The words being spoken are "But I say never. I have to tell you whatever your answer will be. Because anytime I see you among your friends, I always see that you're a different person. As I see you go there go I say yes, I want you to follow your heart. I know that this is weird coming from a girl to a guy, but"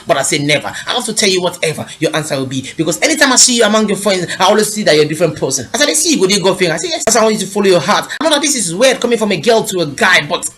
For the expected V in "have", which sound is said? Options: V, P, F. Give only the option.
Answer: F